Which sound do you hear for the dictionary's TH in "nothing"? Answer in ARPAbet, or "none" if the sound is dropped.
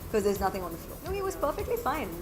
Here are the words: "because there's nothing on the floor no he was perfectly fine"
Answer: TH